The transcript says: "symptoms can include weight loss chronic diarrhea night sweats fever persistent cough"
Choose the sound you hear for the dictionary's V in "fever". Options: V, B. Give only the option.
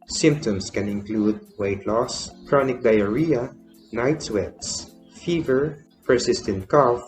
V